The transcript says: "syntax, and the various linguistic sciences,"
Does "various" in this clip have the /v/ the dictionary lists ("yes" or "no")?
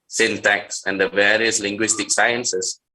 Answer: yes